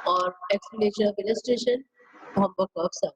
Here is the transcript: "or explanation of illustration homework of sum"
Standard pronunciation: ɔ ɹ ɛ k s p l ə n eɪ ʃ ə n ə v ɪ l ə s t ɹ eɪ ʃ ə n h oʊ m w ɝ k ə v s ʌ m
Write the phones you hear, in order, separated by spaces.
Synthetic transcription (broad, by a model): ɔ ɹ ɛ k s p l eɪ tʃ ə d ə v ɪ l ə s t ɹ eɪ ʃ ə n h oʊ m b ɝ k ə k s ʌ